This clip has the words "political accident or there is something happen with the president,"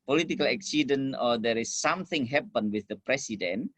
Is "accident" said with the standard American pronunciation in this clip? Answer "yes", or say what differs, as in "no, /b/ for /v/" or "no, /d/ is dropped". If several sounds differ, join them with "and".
no, /t/ is dropped